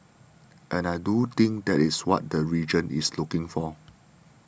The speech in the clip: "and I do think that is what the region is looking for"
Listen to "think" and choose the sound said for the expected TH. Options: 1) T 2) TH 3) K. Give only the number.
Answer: 1